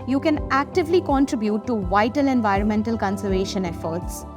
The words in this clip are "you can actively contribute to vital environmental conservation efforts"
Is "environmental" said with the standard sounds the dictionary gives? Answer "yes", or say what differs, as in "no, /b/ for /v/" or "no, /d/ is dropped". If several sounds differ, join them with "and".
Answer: yes